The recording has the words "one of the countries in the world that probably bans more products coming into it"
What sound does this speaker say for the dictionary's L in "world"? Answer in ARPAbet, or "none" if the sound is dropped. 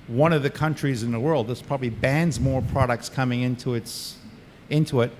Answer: L